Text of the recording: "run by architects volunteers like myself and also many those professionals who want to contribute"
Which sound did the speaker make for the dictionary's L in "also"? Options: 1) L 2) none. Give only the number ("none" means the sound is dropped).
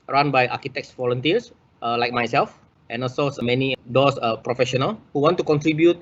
2